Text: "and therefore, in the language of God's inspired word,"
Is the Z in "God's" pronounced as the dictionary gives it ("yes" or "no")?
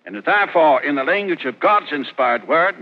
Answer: yes